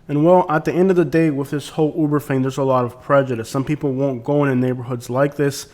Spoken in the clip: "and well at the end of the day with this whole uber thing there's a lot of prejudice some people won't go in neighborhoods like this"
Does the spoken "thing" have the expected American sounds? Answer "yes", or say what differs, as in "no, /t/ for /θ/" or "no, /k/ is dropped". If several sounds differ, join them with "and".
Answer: no, /f/ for /θ/